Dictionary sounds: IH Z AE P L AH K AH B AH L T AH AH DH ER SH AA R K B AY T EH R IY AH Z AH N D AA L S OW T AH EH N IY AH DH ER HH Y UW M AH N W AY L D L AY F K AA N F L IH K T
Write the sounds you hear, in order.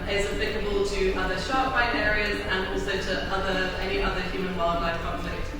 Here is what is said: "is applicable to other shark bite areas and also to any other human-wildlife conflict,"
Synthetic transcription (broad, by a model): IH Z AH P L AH K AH B AH L T AH AH DH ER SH AA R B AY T EH R IY AH Z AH N AA L S OW T AH EH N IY AH DH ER HH Y UW M AH N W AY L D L AY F K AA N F L IH K T